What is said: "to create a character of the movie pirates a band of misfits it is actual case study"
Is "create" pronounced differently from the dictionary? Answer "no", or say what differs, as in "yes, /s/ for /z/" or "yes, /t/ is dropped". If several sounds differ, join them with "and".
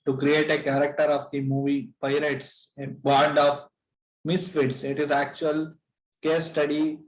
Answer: no